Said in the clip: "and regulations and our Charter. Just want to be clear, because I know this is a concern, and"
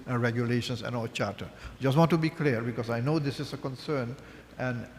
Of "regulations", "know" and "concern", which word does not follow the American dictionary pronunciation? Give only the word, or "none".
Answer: regulations